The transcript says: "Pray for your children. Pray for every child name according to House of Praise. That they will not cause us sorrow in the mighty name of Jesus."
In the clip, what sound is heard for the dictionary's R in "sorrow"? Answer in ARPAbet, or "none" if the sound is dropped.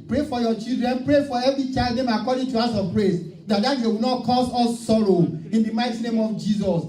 R